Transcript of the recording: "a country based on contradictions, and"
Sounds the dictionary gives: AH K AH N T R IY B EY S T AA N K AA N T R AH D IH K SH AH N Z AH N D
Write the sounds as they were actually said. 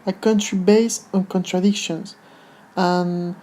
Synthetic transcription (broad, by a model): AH K AH N T R IY B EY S AA N K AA N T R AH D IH K SH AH N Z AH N